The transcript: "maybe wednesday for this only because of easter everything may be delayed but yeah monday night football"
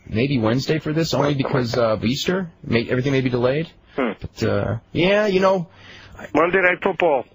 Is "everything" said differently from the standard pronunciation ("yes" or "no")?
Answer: no